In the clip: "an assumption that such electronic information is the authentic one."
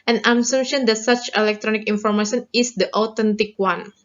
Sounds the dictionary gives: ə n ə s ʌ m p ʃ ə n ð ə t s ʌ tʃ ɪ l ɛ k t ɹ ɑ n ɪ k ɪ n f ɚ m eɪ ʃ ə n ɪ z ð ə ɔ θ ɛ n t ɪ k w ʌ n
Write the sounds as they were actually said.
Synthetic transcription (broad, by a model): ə n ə s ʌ m ʃ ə n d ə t s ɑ tʃ ɪ l ɛ k t ɹ ɑ n ɪ k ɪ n f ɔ m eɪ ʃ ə n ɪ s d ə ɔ t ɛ n t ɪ k w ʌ n